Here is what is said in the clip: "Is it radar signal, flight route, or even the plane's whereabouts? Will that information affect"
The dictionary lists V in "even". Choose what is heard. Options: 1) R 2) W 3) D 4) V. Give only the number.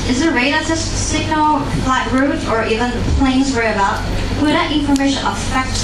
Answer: 4